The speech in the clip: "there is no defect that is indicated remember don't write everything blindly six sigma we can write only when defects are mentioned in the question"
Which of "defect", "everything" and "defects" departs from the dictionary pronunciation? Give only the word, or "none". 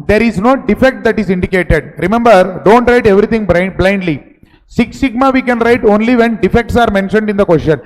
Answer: everything